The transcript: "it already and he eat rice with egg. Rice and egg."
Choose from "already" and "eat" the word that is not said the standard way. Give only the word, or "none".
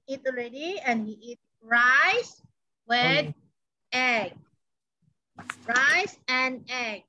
already